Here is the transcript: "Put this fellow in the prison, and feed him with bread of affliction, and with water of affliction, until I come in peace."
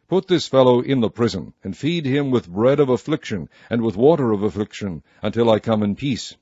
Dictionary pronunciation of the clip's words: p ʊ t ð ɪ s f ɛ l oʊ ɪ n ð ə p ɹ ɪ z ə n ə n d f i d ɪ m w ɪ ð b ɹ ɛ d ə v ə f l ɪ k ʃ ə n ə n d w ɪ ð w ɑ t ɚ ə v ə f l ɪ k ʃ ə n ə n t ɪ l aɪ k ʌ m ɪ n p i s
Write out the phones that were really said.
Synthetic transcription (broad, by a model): p ʊ t ð ɪ s f ɛ l oʊ ɪ n ð ə p ɹ ɪ z ə n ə n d f i d ɪ m w ɪ ð b ɹ ɛ d ə v ə f l ɪ k ʃ ə n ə n w ɪ ð w ɑ t ɚ ə v ə f l ɪ k ʃ ə n ə n t ɪ l aɪ k ʌ m ɪ n p i s